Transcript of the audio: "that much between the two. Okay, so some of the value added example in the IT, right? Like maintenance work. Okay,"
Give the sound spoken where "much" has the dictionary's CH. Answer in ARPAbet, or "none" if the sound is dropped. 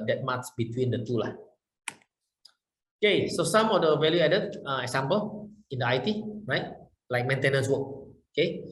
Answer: S